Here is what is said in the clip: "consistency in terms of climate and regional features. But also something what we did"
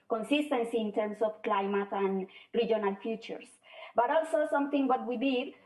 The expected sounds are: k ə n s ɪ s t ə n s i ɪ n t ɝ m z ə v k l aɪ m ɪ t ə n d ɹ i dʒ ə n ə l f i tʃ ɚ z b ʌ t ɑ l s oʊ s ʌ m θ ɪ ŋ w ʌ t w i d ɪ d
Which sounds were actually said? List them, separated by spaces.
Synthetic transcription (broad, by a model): k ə n s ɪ s t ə n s i n t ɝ m s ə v k l aɪ m ɪ t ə n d ɹ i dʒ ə n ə l f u tʃ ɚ s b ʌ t ɑ l s oʊ s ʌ m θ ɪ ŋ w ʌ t w i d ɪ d